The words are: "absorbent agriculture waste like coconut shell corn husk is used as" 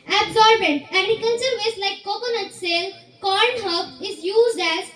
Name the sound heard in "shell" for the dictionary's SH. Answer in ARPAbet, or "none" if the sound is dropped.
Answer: S